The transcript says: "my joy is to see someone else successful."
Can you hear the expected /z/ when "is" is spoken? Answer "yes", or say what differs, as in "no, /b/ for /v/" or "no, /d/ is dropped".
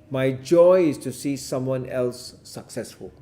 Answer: no, /s/ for /z/